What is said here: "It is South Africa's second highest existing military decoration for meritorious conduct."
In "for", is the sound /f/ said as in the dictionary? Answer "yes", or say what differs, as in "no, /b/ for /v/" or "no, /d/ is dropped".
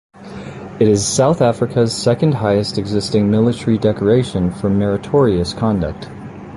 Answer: yes